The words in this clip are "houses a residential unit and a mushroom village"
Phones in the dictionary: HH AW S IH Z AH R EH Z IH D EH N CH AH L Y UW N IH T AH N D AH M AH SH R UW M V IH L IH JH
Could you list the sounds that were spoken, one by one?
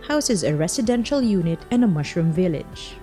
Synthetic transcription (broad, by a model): HH AW S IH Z AH R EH S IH D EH N SH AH L Y UW N IH T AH N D AH M AH SH R UW M V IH L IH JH